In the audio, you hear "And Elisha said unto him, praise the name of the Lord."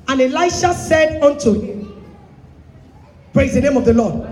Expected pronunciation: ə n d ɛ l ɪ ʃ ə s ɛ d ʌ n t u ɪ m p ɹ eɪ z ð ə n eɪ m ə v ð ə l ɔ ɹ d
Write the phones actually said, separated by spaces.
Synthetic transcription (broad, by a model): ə n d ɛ l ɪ ʃ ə s ɛ d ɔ n t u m p ɹ eɪ z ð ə n eɪ m ə v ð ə l ɔ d